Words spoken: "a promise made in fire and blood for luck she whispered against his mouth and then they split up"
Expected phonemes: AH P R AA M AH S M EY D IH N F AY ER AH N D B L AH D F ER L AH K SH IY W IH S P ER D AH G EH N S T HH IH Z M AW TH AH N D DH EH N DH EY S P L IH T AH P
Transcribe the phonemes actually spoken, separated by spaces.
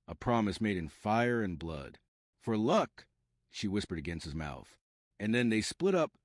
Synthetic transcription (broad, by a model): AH P R AA M AH S M EY D IH N F AY ER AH N B L AH D F ER L AH K SH IY W IH S P ER D AH G EH N S T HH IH Z M AW TH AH N DH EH N DH EY S P L IH T AH P